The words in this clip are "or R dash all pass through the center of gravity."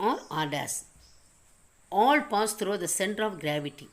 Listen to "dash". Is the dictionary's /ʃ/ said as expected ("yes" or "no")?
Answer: no